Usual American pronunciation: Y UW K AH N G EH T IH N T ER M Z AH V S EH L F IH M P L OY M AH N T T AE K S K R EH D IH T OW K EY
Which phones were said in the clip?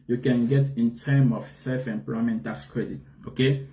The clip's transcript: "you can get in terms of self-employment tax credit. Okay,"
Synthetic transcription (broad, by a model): Y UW K AH N G EH T IH N T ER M AH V S EH L F IH M P L OY M AH N T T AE K S K R EH D IH T OW K EY